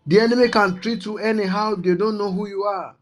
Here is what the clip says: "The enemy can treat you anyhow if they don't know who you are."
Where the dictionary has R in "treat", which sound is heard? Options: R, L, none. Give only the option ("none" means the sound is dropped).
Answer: R